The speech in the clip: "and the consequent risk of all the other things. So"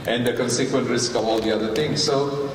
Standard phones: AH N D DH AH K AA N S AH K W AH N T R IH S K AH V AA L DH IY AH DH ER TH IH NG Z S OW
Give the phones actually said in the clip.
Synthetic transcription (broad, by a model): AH N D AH K AA N S AH K W AH N T R IH S K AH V AA L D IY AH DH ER T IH NG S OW